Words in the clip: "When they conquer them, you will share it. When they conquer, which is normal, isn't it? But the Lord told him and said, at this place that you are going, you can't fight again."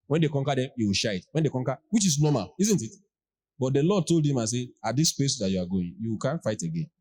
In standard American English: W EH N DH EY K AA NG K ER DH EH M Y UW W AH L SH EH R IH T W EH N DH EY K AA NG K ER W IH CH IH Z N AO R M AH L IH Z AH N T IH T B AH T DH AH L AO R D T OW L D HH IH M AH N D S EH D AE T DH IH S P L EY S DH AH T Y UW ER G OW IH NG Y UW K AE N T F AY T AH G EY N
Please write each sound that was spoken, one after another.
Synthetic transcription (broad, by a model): W EH N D EY K AA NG K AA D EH M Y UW W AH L SH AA IH T W EH N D EY K AA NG K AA W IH CH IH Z N AO M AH L IH Z AH N T IH T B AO T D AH L AO D T OW L D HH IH M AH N S EH AA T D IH S P L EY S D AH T Y UW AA G OW IH NG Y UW K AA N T F AY T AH G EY N